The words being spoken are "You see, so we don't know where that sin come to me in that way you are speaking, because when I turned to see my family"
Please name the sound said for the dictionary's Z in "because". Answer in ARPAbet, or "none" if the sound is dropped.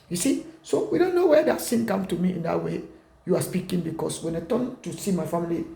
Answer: S